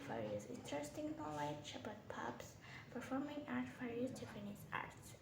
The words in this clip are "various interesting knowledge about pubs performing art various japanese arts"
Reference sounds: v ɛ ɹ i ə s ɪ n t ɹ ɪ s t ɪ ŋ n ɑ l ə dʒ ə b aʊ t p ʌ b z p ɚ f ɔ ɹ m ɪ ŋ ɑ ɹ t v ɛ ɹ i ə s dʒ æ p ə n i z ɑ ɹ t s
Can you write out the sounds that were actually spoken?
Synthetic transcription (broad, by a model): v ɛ ɹ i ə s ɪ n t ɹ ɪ s t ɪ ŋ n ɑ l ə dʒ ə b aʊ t p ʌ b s p ɚ f ɔ ɹ m ɪ ŋ ɑ ɹ t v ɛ ɹ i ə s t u f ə n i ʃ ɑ ɹ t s